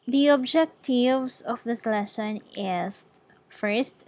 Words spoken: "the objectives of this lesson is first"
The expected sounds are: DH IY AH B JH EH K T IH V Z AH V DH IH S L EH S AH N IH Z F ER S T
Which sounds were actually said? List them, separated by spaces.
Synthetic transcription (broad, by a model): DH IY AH B JH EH K T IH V S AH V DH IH S L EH SH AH N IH S F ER S T